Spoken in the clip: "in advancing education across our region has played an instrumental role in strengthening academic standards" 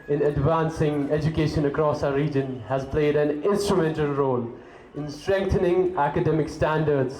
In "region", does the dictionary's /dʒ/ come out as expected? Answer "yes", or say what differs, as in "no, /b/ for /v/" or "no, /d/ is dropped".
yes